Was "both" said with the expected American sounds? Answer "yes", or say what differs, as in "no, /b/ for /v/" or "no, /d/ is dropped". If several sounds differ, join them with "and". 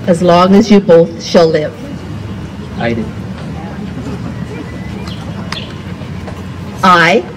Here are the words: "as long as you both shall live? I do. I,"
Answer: yes